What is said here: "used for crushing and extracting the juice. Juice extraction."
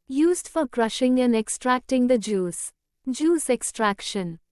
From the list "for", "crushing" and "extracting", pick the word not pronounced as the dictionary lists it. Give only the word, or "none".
none